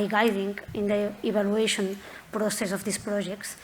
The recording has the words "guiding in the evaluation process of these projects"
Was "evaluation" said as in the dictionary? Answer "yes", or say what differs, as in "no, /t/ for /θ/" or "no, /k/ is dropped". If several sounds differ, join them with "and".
no, /b/ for /v/